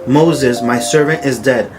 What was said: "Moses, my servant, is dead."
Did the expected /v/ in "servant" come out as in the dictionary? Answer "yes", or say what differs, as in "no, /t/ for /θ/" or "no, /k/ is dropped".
yes